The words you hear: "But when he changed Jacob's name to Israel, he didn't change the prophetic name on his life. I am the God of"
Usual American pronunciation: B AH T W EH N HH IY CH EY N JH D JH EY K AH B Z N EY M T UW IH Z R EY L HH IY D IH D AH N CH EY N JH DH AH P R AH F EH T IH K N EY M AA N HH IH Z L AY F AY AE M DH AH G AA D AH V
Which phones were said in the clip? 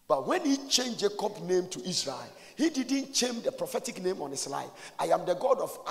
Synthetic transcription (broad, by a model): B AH T W EH N HH IY CH EY N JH JH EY K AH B N EY M T UW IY S R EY L HH IY D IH D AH N CH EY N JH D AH P R AH F EH T IH K N EY M AA N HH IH S L AY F AY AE M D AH G AA D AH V